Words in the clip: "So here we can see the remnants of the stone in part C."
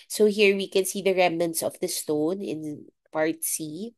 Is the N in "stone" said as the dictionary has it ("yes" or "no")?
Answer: yes